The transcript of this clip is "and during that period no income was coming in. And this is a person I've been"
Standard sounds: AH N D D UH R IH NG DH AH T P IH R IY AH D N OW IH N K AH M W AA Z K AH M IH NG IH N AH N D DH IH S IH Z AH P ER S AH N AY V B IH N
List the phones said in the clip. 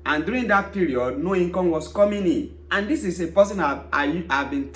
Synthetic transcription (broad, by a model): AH N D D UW R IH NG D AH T P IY R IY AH D N OW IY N K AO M W AA S K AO M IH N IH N AH N D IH S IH S AH P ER S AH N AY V B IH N